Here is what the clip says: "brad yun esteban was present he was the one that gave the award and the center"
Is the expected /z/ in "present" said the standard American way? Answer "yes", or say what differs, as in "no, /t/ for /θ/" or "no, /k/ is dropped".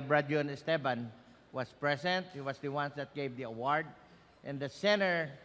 no, /s/ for /z/